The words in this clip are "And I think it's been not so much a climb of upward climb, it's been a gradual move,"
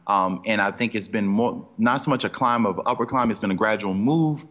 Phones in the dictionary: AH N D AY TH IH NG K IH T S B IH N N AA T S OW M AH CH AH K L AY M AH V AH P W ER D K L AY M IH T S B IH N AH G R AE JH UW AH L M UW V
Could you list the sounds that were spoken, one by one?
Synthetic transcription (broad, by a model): AH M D AY TH IH NG K IH T S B IH N N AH T S OW M AH CH AH K L AY M AH V AH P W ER K L AY M IH T S B IH N AH G R AE JH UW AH L M UW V